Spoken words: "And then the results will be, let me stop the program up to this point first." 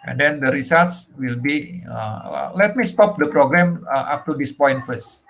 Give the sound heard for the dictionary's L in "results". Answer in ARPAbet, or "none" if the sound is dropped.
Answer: none